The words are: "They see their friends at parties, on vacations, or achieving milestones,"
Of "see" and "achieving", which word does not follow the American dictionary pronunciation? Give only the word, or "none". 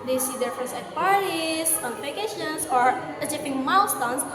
achieving